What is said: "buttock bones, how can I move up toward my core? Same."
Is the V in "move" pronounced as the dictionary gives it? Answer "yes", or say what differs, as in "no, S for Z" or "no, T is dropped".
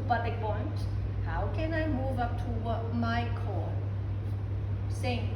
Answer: yes